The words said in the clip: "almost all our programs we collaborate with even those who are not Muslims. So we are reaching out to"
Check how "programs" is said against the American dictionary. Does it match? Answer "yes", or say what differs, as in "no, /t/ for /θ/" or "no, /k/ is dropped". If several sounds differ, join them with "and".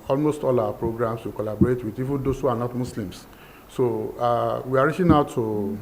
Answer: no, /s/ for /z/